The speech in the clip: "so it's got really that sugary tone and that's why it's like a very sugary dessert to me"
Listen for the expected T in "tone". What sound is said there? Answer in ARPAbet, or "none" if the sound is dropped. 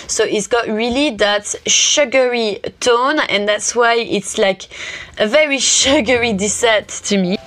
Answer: T